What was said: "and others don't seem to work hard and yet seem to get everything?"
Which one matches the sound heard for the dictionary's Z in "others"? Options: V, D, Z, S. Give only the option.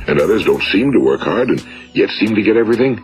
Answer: Z